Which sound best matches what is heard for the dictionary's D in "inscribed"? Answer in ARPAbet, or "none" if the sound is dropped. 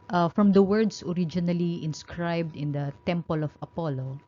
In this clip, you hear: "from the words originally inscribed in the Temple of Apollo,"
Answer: D